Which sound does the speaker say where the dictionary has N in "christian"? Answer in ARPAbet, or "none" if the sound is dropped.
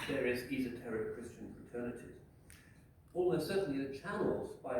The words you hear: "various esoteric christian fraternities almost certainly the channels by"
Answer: N